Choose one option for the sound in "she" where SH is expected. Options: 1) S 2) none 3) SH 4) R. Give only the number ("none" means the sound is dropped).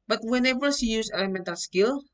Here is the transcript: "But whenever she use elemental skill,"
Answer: 1